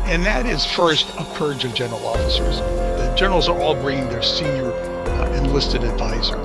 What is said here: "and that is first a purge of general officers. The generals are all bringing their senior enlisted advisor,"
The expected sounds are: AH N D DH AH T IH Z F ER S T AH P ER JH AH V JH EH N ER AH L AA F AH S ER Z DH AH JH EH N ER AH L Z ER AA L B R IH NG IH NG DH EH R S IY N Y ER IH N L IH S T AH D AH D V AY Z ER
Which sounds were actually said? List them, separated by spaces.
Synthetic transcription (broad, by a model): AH N DH AH T IH Z F ER S T AH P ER JH AH V JH EH N ER L AA F AH S ER Z DH AH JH EH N ER L Z ER AA L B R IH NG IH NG DH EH R S IY N Y ER IH N L IH S T AH D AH D V AY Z ER